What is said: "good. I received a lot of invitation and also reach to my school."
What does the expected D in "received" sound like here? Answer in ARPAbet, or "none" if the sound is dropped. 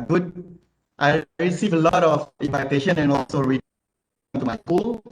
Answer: none